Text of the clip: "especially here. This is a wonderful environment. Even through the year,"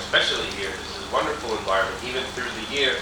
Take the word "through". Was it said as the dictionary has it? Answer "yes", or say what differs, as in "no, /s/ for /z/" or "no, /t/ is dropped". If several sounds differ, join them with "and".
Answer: yes